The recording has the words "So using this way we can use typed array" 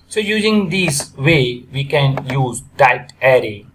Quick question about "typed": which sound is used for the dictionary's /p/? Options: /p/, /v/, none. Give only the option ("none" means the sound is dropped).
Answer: none